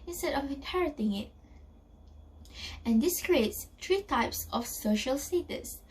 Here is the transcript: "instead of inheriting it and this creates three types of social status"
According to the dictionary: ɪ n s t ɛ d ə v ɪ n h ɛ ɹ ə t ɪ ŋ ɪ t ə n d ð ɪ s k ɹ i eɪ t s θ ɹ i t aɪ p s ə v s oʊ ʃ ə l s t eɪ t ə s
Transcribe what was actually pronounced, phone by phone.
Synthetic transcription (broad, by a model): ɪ n s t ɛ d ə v ɪ n h ɛ ɹ ə t ɪ ŋ ɪ t ə n d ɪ s k ɹ i eɪ t s t ɹ i t aɪ p s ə f s oʊ ʃ ə l s t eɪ t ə s